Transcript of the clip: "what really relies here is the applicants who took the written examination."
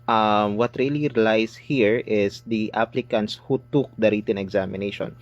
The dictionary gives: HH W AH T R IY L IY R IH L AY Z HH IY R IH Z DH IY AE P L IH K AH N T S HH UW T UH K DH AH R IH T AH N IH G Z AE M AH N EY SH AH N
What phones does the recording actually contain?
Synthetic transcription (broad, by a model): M W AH T R IY L IY R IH L AY S HH IY R IH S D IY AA P L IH K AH N T S HH UW T UH K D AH R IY T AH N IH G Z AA M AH N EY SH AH N